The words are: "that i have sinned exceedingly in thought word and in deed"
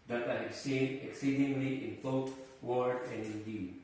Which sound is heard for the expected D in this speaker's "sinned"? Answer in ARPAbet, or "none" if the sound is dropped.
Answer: none